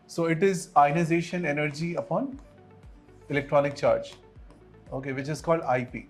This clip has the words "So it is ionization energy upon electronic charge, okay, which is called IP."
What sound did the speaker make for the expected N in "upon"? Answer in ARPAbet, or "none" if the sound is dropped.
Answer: N